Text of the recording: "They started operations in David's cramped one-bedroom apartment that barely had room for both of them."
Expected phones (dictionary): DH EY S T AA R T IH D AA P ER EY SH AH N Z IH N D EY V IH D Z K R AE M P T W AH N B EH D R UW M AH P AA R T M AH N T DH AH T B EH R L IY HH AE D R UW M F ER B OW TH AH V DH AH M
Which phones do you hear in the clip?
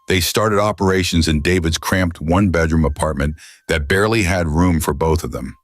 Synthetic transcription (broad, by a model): DH EY S T AA R T IH D AA P ER EY SH AH N Z IH N D EY V IH D Z K R AE M P T W AH N B EH D R UW M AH P AA R T M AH N DH AH T B EH R L IY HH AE D R UW M F ER B OW TH AH V DH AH M